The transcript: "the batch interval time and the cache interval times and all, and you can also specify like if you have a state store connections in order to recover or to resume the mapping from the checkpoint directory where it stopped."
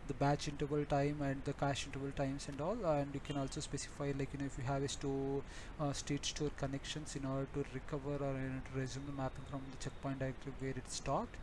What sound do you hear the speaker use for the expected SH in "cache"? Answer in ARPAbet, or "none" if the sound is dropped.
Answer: SH